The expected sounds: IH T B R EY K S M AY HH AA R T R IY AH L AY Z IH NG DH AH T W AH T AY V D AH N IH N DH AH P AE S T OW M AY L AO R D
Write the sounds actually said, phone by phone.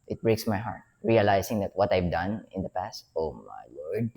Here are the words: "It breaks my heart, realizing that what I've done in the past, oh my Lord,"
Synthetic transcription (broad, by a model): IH T B R EY K S M AY HH AA R T R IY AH L AY S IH NG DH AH T W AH T AY V D AH N IH N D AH P AE S T OW M AY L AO R D